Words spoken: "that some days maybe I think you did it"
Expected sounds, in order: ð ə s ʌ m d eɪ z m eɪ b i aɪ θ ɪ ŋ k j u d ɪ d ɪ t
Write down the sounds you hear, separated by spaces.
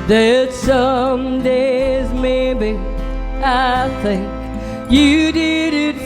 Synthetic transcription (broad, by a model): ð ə s ʌ m d eɪ z m eɪ b i aɪ θ ɪ ŋ k j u d ɪ d ɪ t